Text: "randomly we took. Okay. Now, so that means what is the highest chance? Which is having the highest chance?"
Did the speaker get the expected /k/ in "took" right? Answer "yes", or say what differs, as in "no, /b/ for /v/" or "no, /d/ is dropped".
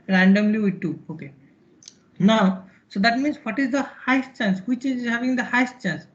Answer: no, /k/ is dropped